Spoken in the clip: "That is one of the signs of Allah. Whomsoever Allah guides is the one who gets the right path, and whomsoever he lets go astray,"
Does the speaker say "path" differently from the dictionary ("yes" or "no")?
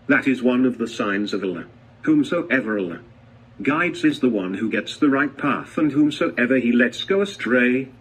no